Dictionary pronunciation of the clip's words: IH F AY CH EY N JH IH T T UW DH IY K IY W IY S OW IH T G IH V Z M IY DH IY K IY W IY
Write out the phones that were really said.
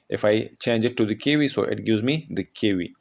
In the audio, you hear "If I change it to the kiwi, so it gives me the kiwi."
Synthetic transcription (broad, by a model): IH F AY CH EY N JH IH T T UW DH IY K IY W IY S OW IH T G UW Z M IY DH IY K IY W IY